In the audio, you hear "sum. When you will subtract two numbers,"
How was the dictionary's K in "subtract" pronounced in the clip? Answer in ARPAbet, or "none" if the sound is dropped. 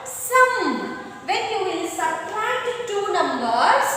none